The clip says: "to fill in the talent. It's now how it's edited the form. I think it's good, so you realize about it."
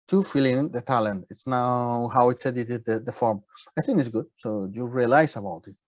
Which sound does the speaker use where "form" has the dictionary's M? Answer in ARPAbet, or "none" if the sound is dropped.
M